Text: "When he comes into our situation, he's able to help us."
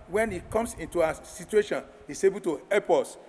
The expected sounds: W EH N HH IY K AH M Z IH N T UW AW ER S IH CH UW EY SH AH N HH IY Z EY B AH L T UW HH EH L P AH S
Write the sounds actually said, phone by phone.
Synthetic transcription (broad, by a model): W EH N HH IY K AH M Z IH N T UW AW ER S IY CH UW EY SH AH N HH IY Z EY B AH L T UW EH P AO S